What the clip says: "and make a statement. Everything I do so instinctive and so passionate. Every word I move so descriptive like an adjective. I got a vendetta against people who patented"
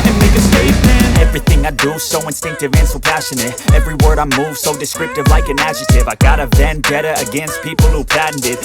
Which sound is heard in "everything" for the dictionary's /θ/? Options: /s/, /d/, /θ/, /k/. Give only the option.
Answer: /θ/